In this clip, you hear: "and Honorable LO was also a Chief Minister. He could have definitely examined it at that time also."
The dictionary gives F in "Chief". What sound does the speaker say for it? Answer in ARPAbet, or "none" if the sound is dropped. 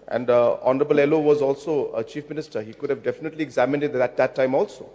F